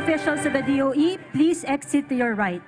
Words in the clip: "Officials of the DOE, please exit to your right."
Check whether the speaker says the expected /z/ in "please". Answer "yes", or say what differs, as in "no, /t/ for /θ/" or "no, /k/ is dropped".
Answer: no, /s/ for /z/